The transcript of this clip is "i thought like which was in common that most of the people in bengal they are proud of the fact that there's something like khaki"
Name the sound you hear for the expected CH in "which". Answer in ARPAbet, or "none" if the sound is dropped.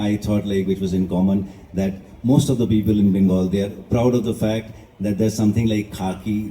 CH